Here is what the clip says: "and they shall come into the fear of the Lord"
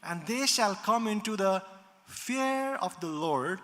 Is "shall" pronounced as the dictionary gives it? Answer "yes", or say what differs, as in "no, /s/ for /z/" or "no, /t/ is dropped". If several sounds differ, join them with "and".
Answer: yes